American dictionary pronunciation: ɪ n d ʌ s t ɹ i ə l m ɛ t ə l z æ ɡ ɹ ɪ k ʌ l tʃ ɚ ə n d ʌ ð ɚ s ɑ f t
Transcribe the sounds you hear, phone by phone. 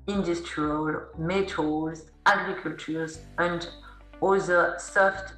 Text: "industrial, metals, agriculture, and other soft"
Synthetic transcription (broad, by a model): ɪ n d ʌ s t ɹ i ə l m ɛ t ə z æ ɡ ɹ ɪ k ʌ l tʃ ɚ ə n d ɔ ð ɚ s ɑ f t